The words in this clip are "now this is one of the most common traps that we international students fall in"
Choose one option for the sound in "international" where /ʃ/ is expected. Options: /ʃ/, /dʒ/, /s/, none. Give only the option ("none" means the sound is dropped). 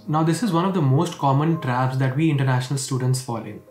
/ʃ/